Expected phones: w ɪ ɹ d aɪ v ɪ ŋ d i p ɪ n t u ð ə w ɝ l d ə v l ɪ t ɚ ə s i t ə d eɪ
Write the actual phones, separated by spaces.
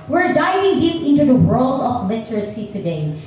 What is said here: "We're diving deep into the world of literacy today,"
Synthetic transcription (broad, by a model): w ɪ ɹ d aɪ v ɪ ŋ d i p ɪ n t u ð ə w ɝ l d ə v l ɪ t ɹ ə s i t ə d eɪ